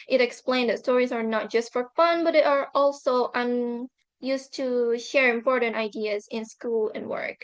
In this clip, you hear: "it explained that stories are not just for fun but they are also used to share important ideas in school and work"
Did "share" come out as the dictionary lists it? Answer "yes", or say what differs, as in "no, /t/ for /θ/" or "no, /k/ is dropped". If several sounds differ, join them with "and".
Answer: yes